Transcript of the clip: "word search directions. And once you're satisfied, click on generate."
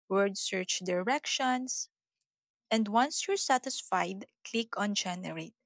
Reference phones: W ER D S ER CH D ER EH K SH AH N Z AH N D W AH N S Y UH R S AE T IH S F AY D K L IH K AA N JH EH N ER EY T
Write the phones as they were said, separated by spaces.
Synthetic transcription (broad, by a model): W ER D S ER CH D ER EH K SH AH N S AH N D W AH N S Y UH R S AE T IH S F AY D K L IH K AA N JH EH N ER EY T